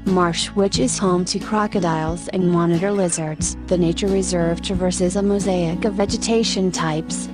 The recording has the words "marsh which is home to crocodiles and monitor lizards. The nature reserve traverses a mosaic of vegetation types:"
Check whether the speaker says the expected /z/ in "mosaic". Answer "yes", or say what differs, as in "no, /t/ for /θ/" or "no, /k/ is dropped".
yes